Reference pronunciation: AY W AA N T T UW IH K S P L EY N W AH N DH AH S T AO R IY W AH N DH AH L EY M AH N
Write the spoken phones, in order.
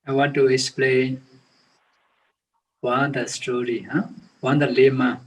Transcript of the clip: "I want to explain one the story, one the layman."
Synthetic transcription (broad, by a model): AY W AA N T T UW IH K S P L EY N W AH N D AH S T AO R IY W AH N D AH L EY M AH